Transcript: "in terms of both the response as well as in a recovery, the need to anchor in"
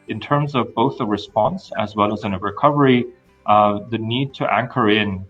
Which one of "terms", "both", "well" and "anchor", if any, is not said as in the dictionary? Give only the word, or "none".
none